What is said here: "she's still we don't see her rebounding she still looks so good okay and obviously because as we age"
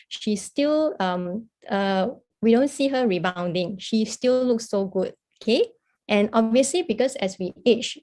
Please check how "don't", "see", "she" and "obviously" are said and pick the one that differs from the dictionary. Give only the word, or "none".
none